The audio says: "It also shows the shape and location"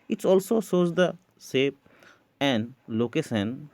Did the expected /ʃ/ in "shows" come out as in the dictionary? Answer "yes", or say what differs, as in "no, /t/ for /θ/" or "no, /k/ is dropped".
no, /s/ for /ʃ/